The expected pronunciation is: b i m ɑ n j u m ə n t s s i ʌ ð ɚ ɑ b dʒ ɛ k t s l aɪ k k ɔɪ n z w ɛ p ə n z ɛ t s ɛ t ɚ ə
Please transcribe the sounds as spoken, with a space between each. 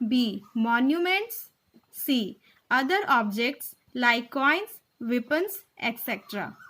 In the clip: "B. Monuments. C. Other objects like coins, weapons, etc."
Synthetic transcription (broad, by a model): b i m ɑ n j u m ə n t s s i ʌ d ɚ ɑ b dʒ ɛ k t s l aɪ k k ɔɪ n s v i p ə n s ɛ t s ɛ t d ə